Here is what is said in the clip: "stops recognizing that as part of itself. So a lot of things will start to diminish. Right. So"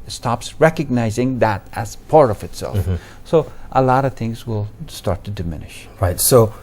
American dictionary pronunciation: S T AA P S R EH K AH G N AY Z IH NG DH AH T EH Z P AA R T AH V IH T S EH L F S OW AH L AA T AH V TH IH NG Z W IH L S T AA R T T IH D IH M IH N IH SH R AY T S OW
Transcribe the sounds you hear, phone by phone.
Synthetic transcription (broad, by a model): S T AA P S R EH K AH G N AY Z IH NG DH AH T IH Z P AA R AH V IH T S EH L F S OW AH L AA T AH V TH IH NG Z W IH L S T AA R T T IH D IH M IH N IH SH R AY T S OW